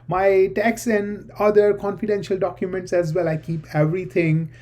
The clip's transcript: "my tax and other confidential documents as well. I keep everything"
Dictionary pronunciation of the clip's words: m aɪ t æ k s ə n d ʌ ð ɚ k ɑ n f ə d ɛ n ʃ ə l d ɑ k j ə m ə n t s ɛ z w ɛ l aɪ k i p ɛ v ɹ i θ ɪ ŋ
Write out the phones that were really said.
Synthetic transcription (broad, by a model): m aɪ t æ k s ə n d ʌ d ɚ k ɑ n f ə d ɛ n ʃ ə l d ɑ k j ə m ə n t s ɛ z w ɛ l aɪ k i p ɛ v ɹ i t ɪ ŋ